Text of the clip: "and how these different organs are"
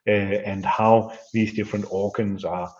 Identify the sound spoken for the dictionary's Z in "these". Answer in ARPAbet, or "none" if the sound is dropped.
Z